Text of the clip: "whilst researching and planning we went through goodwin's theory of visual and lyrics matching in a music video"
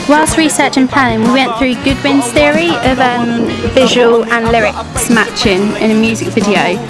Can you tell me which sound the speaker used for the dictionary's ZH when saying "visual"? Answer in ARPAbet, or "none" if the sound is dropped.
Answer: ZH